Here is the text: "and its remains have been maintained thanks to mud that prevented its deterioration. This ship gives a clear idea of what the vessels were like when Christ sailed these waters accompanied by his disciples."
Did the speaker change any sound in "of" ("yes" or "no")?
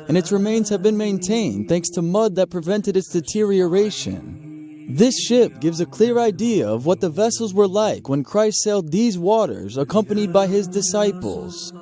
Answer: no